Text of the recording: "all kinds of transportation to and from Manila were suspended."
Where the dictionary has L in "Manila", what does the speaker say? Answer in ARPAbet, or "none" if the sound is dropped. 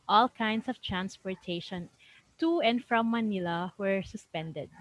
L